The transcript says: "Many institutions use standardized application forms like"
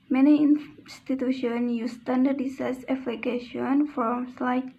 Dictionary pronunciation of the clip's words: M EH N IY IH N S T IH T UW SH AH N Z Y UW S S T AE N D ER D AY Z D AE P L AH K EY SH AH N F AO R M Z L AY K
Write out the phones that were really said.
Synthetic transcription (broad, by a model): M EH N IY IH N S T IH T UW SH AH N Y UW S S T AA N D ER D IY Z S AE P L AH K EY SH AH N F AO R M S L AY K